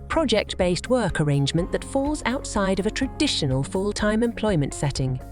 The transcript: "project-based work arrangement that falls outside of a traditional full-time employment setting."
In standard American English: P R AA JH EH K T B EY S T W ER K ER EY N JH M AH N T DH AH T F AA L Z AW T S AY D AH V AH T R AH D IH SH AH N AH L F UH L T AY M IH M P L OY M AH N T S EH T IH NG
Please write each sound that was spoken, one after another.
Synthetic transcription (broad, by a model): P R AA JH EH K T B EY S T W ER K ER EY N JH M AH N DH AH T F AA L Z AW T S AY D AH V AH T R AH D IH SH AH N AH L F UH L T AY M IH M P L OY M AH N T S EH T IH NG